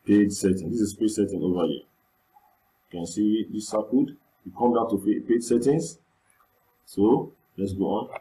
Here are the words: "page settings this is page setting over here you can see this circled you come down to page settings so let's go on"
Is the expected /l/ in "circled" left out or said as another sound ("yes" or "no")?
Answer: yes